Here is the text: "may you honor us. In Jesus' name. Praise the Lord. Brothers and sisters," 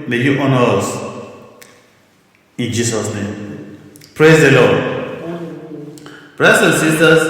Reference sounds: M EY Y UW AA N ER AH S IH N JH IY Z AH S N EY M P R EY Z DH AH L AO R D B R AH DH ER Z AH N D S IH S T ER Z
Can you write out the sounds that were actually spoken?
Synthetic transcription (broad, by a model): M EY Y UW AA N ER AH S IH N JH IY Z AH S N EY M P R EY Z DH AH L AO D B R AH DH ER S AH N S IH S T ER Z